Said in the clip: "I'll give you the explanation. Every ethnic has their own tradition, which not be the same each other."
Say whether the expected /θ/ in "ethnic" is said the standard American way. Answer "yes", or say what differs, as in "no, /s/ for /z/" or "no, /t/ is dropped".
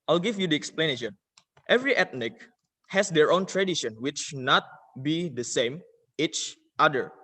no, /t/ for /θ/